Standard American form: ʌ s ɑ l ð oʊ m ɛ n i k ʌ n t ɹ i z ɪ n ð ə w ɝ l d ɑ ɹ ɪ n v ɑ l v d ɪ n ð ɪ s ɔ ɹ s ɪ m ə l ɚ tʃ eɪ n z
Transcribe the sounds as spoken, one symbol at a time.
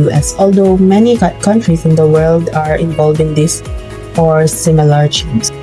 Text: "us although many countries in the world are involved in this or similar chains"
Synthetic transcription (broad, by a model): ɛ s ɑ l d oʊ m ɛ n i k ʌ n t ɹ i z ɪ n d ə w ɝ l d ɑ ɹ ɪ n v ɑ l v ɪ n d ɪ s ɔ ɹ s ɪ m ə l ɚ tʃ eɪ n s